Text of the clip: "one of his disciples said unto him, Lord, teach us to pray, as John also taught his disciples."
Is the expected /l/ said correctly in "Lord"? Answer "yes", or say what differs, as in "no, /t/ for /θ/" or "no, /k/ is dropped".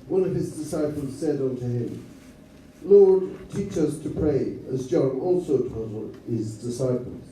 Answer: yes